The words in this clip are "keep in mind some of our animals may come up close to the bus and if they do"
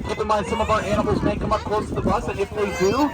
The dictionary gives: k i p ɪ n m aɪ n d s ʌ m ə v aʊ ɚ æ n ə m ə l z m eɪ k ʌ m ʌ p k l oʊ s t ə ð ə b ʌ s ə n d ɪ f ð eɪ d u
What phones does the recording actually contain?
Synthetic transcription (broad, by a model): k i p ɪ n m aɪ n d s ʌ m ə v aʊ ɚ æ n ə m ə l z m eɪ k ʌ m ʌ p k l oʊ s t ə ð ə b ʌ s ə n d ɪ f ð eɪ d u